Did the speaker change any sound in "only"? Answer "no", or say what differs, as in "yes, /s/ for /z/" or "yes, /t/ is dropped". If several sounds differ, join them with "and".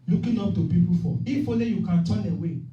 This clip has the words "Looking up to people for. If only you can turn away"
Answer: yes, /n/ is dropped